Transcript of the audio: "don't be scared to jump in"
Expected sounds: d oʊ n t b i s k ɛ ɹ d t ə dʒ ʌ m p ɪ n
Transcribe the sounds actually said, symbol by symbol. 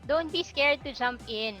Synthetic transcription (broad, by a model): d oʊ n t b i s k ɛ ɹ d t ə dʒ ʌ m p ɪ n